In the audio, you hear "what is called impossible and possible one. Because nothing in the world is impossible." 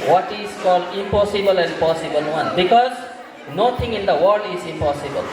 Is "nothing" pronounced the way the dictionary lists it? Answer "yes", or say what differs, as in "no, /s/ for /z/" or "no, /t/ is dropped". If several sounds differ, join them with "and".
no, /t/ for /θ/